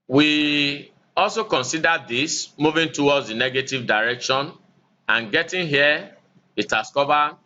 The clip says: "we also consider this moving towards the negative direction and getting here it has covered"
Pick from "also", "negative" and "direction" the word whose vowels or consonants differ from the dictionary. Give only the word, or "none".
none